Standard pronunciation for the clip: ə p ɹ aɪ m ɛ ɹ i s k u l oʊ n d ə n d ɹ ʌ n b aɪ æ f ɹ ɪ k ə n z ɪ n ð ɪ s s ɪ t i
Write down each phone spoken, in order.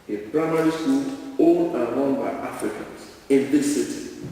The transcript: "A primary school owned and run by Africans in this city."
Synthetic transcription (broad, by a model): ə p ɹ aɪ m ɛ ɹ i s k u l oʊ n ə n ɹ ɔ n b aɪ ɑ f ɹ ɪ k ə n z ɪ n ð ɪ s s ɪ t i